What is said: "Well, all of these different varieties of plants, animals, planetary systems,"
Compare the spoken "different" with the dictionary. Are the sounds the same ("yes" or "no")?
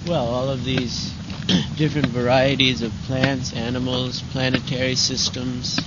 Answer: yes